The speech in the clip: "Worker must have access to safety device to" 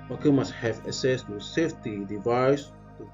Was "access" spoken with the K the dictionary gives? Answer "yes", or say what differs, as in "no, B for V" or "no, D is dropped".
no, K is dropped